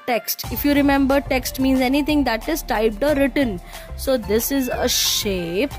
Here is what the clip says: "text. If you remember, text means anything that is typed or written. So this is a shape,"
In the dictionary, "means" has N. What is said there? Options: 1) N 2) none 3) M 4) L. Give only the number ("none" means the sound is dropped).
1